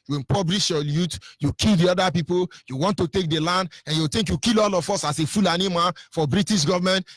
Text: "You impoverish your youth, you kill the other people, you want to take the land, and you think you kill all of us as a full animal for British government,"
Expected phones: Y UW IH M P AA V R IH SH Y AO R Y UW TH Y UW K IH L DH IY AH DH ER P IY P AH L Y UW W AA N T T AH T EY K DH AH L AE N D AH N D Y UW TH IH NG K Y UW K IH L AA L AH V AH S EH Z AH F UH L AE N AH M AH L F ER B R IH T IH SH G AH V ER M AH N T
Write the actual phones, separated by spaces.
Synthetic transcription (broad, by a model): Y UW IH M P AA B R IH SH Y AO L Y UW T Y UW K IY L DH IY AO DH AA P IY P AH L Y UW W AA N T T AH T EY K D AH L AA N D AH N Y UW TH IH NG K Y UW K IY L AA L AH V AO S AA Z AH F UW L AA N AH M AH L F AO B R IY T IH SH G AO V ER M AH N T